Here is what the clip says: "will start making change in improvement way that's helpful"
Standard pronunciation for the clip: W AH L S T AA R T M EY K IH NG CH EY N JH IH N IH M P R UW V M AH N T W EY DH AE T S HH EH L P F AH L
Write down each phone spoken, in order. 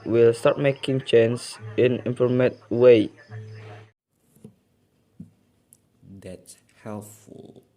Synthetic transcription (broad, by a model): W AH L S T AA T M EY K IH NG CH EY N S IH N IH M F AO M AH T W EY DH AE T S HH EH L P F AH L